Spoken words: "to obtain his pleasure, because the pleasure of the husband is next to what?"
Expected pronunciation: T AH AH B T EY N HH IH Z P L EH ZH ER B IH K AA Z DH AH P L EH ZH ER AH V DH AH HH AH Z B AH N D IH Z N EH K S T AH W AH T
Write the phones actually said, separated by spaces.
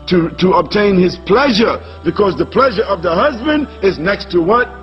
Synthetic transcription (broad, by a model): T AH AH B T EY N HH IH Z P L EH ZH ER B IH K AA Z DH AH P L EH ZH ER AH V DH AH HH AH Z B AH N D IH Z N EH K S T AH W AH T